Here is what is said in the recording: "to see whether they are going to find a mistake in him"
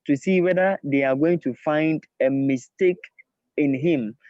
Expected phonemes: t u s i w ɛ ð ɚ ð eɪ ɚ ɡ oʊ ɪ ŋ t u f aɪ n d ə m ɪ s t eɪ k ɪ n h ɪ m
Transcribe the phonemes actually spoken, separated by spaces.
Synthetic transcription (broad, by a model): t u s i w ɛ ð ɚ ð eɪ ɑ ɡ oʊ ɪ ŋ t u f aɪ n d ə m ɪ s t eɪ k ɪ n h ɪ m